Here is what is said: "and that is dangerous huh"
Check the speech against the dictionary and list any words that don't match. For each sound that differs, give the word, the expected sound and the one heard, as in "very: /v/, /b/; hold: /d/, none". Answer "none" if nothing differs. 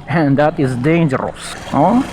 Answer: none